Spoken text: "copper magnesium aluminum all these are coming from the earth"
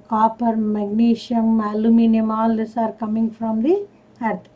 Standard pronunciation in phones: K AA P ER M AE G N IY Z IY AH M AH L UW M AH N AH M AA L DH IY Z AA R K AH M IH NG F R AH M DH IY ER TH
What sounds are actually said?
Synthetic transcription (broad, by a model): K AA P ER M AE G N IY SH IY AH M AH L UW M AH N AH M AA L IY S AA R K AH M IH NG F R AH M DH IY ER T